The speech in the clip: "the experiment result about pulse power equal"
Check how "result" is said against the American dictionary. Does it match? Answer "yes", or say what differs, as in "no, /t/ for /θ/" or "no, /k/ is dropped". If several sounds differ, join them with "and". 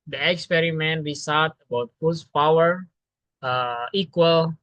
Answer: no, /s/ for /z/ and /l/ is dropped